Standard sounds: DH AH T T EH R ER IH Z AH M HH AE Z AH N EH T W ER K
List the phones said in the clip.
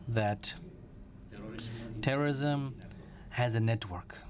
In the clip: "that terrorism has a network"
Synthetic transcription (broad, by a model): DH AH T T EH R ER IH Z AH M HH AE Z AH N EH T W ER K